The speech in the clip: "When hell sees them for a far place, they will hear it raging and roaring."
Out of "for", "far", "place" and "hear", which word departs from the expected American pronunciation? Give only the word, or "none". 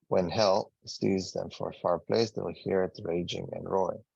none